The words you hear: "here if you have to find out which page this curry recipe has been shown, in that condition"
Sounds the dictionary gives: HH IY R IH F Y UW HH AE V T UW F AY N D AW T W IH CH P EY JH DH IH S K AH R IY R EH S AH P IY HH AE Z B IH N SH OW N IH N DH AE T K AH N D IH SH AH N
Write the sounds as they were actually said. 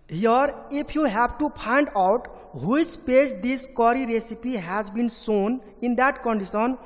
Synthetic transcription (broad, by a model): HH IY R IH P Y UW HH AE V T UW P AY N D AW T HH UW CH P EY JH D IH S K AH R IY R EH S AH P IY HH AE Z B IH N S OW N IH N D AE T K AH N D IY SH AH N